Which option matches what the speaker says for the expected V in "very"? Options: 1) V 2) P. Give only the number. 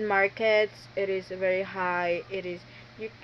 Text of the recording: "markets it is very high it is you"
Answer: 1